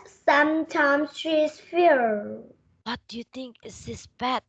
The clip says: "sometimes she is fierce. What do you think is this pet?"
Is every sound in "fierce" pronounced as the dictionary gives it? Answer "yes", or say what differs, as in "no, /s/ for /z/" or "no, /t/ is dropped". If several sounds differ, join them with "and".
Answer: no, /s/ is dropped